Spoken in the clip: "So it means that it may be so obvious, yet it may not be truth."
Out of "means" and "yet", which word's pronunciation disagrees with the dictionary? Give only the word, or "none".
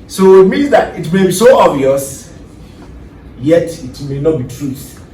none